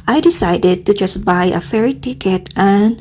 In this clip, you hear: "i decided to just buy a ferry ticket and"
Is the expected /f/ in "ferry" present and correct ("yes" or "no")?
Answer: yes